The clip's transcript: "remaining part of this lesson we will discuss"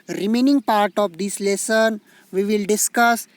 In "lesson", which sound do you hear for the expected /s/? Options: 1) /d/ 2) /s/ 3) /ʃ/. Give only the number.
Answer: 2